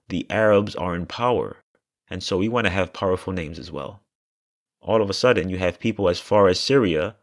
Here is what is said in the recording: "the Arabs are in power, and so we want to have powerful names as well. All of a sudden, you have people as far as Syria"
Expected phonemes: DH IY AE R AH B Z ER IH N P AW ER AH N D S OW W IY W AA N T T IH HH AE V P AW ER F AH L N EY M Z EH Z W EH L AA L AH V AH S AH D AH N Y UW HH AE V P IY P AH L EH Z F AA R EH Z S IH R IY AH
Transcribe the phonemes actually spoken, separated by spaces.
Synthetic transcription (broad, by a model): DH IY AE R AH B Z ER IH N P AW ER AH N S OW W IY W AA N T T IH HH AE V P AW ER F L N EY M Z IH Z W EH L AA L AH V AH S AH D N Y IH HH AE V P IY P L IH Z F AA R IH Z S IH R IY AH